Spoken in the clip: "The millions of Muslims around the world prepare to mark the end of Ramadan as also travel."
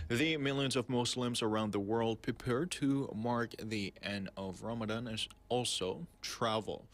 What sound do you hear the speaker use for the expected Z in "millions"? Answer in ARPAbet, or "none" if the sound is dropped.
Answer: Z